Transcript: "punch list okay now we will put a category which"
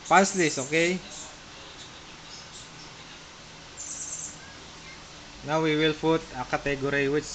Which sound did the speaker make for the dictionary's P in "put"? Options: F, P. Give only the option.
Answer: F